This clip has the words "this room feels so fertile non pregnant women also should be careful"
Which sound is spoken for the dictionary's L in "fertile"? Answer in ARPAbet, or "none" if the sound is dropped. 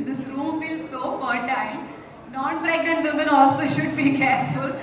N